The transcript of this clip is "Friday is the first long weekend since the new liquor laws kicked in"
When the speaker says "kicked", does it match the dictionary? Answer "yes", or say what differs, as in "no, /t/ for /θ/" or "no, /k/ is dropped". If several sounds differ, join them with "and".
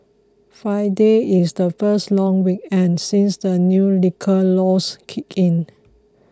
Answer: no, /t/ is dropped